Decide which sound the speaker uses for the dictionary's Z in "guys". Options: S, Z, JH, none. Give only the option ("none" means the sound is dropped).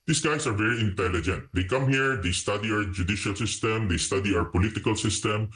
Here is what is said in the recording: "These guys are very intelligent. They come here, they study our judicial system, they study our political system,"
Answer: S